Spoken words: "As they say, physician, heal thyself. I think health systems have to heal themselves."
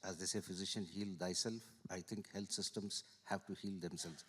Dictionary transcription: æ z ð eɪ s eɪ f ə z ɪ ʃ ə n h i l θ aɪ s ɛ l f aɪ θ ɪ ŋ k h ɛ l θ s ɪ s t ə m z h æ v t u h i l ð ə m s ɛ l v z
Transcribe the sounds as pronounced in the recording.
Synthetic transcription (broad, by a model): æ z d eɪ s eɪ f ə z ɪ ʃ ə n h i l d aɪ s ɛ l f aɪ t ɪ ŋ k h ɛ l t s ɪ s t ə m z h æ v t u h i l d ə m s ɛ l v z